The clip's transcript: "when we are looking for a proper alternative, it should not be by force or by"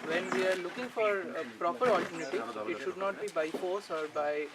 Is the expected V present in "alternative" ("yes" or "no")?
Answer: no